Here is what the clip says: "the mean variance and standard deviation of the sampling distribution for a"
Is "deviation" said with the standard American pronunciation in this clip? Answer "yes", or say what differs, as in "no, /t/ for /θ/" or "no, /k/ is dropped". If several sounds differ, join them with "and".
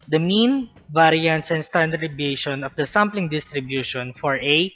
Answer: no, /b/ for /v/